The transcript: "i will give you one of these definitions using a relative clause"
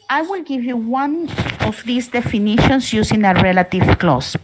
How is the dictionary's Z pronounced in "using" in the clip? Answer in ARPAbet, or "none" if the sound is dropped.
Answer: S